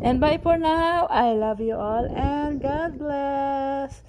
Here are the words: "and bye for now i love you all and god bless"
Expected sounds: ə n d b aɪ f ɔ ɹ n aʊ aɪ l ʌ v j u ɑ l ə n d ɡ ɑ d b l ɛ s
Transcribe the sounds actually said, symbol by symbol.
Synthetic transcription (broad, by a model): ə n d b aɪ p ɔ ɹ n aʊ aɪ l ʌ v j u ɑ l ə n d ɡ ɑ d b l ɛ s